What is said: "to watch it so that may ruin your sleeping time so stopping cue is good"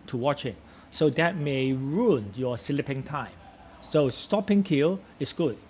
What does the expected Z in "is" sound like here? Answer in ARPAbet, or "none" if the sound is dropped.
S